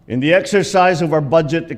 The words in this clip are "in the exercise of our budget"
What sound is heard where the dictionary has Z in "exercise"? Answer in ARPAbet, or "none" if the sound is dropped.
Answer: Z